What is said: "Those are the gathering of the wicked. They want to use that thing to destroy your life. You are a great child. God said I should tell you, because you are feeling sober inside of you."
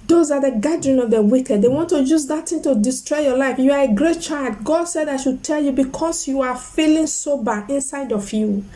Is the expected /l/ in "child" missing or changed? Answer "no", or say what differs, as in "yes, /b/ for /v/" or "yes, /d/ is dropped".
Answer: no